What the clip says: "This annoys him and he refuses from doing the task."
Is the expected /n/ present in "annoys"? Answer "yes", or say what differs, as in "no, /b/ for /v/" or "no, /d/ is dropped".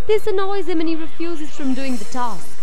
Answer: yes